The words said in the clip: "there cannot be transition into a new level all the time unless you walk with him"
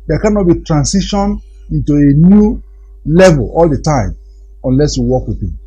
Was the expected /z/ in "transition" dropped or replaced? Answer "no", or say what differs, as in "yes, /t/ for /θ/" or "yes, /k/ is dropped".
yes, /s/ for /z/